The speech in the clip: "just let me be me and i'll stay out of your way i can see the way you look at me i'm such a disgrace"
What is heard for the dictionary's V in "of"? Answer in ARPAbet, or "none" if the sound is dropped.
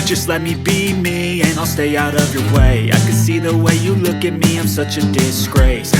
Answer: V